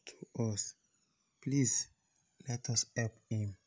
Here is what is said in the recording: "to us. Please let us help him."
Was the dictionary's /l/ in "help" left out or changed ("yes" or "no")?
yes